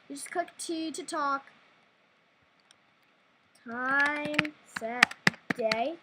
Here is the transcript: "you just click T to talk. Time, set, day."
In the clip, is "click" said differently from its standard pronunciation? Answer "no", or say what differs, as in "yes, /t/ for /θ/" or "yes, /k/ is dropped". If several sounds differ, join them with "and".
yes, /l/ is dropped